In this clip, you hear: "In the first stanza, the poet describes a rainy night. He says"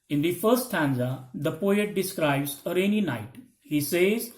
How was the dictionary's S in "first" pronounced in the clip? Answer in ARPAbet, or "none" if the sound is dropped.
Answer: none